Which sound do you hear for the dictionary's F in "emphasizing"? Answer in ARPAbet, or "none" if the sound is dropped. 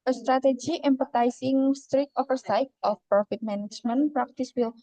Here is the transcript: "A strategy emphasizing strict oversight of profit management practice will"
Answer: P